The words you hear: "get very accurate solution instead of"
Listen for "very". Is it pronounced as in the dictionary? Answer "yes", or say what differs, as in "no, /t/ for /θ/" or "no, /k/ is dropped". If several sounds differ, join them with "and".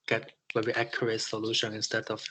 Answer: no, /w/ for /v/